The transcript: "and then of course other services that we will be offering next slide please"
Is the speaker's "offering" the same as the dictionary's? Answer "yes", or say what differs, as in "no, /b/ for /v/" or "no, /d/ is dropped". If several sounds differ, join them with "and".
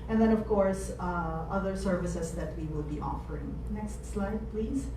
yes